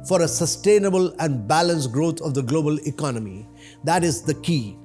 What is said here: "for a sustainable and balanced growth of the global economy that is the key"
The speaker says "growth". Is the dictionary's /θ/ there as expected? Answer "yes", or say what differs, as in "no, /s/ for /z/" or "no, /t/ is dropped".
no, /t/ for /θ/